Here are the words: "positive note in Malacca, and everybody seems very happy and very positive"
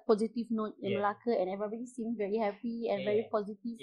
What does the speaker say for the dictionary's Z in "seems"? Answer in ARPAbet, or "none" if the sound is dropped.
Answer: none